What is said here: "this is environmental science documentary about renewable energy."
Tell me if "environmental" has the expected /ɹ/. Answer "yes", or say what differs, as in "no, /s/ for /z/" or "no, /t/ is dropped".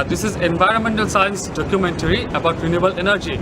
yes